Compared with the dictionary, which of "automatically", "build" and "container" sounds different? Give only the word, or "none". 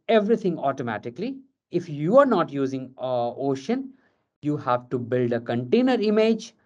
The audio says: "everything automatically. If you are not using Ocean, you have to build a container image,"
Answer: none